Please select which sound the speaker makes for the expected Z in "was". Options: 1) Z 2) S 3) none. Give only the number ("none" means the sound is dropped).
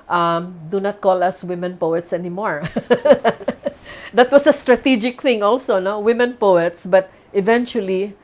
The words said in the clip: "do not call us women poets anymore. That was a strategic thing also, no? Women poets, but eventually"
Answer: 2